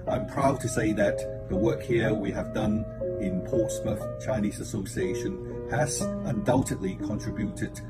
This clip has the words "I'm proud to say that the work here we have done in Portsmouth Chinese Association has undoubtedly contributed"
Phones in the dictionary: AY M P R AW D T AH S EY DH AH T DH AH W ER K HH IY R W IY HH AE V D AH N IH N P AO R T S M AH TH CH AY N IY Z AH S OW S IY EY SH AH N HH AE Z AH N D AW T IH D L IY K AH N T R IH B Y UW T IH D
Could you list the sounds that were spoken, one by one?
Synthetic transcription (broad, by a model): AY M P R AW D T AH S EY DH AH T DH AH W ER K HH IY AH W IY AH V D AH N IH N P AO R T S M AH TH CH AY N IY Z AH S OW S IY EY SH AH N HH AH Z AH N D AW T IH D L IY K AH N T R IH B Y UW T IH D